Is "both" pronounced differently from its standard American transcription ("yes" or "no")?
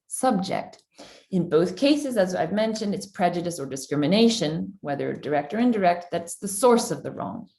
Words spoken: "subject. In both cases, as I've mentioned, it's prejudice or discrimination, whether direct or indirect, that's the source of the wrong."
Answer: no